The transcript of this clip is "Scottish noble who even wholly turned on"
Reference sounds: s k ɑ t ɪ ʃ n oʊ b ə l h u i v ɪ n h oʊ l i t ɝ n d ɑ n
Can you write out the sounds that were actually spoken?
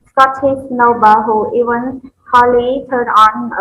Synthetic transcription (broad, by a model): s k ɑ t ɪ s n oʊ b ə h u i v ɪ n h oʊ l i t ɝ d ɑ n